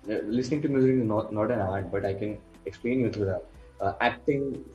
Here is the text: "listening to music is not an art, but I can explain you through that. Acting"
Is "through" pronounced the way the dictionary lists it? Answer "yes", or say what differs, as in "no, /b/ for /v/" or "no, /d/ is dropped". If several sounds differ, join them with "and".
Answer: no, /t/ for /θ/